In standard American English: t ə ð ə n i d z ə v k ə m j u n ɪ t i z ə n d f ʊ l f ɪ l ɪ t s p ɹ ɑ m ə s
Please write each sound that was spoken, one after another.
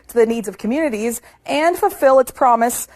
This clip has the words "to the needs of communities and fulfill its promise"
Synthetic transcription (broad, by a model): t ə ð ə n i d z ə v k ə m j u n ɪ t i z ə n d f ʊ l f ɪ l ɪ t s p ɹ ɑ m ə s